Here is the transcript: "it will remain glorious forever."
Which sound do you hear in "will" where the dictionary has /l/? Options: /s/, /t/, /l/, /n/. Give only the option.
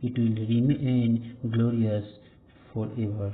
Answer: /l/